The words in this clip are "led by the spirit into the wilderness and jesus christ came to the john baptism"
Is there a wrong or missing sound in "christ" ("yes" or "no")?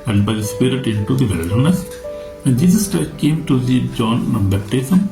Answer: yes